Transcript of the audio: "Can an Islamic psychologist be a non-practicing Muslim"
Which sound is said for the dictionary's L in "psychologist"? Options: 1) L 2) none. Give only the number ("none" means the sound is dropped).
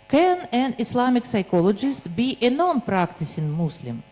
1